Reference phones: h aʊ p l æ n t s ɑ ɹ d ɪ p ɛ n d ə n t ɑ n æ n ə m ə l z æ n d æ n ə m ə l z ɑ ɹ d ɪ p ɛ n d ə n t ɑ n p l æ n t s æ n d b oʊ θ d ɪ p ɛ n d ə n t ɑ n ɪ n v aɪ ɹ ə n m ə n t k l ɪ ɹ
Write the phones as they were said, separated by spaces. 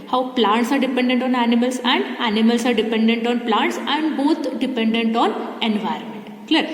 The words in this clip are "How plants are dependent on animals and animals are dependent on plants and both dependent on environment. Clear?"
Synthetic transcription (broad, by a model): h aʊ p l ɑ n t s ɑ ɹ d ɪ p ɛ n d ə n t ɑ n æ n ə m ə l s æ n d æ n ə m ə l s ɑ ɹ d ɪ p ɛ n d ə n t ɑ n p l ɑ n t s æ n d b oʊ t d ɪ p ɛ n d ə n t ɑ n ɪ n v aɪ ɹ ə n m ə n t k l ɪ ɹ